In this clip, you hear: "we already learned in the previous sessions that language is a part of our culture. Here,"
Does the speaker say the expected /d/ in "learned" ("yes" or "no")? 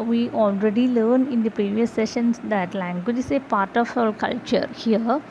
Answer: no